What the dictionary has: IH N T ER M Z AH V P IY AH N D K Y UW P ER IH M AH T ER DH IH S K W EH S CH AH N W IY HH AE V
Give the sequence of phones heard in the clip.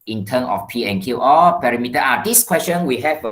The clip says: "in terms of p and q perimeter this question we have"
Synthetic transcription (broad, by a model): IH N T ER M AH F P IY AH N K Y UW P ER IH M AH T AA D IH S K W EH S CH AH N W IY HH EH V